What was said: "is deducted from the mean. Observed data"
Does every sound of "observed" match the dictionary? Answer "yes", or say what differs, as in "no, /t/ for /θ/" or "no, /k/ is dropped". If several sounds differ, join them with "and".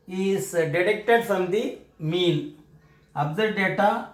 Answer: no, /v/ is dropped